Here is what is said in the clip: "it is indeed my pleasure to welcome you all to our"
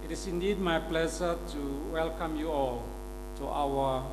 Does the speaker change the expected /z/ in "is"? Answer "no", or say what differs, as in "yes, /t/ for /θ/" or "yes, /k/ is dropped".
yes, /s/ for /z/